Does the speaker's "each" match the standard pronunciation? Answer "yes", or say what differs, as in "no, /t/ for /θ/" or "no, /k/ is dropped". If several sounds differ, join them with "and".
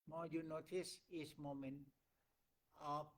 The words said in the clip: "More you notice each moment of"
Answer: no, /s/ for /tʃ/